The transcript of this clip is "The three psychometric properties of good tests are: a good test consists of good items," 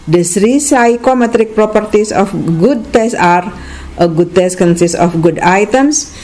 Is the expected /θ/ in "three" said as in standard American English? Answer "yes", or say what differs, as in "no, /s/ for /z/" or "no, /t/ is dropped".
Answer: no, /s/ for /θ/